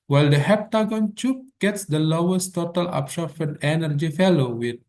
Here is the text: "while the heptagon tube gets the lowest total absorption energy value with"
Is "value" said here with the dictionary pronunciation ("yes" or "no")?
no